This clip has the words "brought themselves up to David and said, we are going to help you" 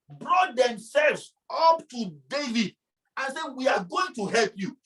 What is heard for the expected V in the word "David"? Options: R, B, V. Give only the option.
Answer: V